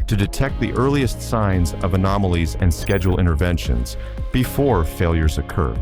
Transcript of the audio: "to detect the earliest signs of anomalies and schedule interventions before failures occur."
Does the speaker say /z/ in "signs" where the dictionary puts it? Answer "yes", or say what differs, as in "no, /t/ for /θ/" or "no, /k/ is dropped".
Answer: yes